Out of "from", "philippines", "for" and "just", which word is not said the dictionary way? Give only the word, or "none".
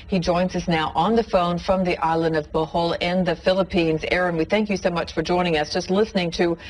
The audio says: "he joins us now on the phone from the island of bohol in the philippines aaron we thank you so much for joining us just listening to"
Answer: none